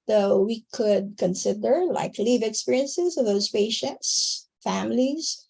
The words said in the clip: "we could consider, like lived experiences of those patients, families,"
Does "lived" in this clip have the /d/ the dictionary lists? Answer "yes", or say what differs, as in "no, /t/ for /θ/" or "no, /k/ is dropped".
no, /d/ is dropped